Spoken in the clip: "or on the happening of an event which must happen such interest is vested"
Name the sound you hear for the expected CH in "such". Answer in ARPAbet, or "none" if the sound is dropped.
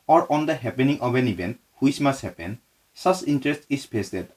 S